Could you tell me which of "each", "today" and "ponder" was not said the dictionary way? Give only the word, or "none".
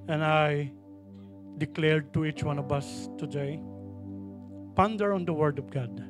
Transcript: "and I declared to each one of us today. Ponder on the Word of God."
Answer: none